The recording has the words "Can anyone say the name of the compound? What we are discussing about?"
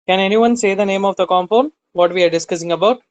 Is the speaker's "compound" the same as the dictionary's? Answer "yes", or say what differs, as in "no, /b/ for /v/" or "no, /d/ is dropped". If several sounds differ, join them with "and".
no, /f/ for /p/